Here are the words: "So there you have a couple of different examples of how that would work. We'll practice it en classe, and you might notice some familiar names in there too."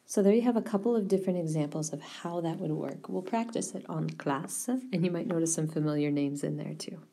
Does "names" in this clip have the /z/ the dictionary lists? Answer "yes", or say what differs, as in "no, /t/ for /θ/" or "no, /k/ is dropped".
yes